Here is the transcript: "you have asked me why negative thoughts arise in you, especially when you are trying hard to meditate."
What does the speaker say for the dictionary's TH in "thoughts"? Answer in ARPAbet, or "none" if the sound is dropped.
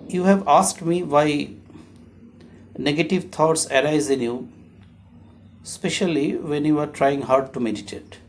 T